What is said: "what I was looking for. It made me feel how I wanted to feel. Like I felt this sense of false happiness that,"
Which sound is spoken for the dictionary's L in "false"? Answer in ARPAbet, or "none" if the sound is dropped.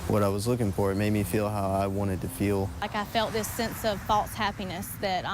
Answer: L